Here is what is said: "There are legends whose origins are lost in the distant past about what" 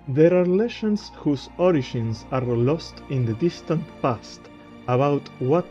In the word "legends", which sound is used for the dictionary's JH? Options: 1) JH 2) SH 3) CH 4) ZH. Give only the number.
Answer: 2